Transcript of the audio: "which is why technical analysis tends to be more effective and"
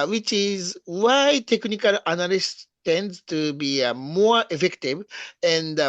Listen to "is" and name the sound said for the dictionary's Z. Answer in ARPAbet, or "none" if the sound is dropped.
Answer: Z